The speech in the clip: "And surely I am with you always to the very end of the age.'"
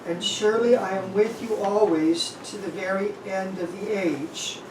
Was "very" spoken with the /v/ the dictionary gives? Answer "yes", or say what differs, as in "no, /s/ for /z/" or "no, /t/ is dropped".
yes